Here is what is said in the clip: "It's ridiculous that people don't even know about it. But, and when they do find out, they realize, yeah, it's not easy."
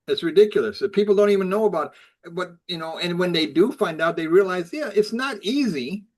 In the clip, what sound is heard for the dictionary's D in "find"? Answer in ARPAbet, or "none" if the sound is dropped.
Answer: D